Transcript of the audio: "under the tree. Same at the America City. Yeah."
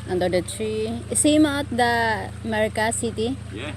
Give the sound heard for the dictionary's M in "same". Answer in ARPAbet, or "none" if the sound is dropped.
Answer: M